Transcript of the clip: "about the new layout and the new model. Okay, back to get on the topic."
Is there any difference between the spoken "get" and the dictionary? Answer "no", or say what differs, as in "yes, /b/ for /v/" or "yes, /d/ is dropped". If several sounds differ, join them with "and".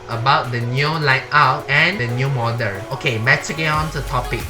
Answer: yes, /t/ is dropped